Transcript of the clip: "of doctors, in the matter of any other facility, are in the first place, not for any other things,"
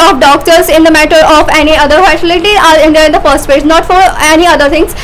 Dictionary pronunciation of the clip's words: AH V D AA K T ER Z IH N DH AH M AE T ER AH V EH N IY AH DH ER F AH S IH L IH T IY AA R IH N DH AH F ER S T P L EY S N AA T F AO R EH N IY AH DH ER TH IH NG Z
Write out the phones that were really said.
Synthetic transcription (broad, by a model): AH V D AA K T ER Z IH N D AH M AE T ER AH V EH N IY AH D ER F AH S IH L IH T IY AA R IH N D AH F ER S T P EY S N AA T F AO R EH N IY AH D ER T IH NG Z